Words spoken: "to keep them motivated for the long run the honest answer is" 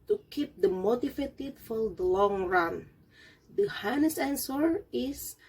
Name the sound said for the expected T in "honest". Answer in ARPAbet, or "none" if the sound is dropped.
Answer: none